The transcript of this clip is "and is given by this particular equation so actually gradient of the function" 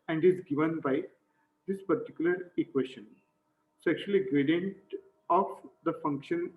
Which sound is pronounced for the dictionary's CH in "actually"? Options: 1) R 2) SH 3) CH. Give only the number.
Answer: 2